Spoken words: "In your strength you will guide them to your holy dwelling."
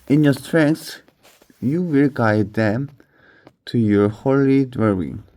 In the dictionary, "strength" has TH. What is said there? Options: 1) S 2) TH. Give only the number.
1